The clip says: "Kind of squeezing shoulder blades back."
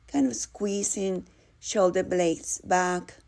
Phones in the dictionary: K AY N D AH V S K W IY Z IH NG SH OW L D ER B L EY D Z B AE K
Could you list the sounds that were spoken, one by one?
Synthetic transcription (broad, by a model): K AY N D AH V S K W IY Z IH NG SH OW L D ER B L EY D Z B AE K